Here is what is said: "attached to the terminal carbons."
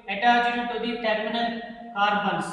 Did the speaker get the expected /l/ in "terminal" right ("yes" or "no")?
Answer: no